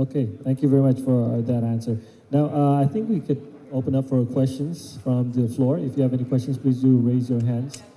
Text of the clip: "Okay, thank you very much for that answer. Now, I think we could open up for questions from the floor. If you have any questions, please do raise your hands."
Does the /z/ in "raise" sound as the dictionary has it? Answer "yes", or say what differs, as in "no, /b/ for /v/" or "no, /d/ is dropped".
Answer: yes